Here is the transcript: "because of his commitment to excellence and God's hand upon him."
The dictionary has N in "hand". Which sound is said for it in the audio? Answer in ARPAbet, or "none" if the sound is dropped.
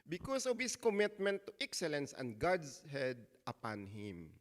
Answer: none